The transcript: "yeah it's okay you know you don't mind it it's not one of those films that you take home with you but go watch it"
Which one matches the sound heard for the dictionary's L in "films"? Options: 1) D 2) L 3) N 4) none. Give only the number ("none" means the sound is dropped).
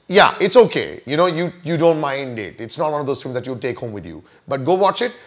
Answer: 4